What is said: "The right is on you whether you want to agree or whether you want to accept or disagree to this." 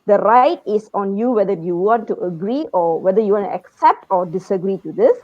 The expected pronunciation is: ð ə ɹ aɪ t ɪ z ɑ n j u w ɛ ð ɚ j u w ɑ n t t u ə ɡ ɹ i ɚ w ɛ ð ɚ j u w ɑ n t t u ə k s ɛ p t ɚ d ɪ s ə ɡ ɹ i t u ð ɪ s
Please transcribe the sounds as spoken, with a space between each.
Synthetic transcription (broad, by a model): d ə ɹ aɪ t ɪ s ɑ n j u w ɛ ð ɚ j u w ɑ n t t u ə ɡ ɹ i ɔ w ɛ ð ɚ j u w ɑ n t t u ə k s ɛ p t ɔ d ɪ s ə ɡ ɹ i t u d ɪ s